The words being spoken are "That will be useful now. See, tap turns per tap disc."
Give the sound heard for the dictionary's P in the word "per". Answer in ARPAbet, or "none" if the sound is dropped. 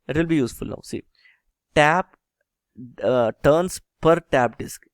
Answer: P